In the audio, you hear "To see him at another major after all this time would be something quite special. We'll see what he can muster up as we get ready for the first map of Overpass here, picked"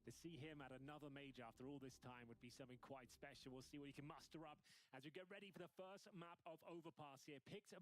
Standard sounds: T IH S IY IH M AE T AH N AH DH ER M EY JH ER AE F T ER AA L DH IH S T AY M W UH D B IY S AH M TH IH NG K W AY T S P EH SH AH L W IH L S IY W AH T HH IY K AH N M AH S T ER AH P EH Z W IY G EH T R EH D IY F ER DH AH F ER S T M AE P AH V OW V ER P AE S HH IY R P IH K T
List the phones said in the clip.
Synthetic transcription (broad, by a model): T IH S IY IH M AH T AH N AH DH ER M EY JH ER AE F T ER AA L DH IH S T AY M W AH D B IY S AH M TH IH NG K W AY T S P EH SH L W IH L S IY W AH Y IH K AH N M AH S T ER AH P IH Z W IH G EH T R EH D IY F ER DH AH F ER S T M AE P AH V OW V ER P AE S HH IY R P IH K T